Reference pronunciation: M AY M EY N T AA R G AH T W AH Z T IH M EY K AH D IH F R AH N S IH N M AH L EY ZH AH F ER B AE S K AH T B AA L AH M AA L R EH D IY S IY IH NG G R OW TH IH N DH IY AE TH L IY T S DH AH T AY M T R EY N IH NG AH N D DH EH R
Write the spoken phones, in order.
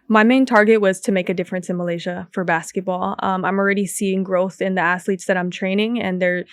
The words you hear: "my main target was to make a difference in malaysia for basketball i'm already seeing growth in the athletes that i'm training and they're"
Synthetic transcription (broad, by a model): M AY M EY N T AA R G AH T W AH Z T IH M EY K AH D IH F R AH N S IH N M AH L EY ZH AH F ER B AE S K AH T B AA L AH M AA L R EH D IY S IY IH NG G R OW TH IH N DH IY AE S L IY T S DH AH T AY M T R EY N IH NG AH N DH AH R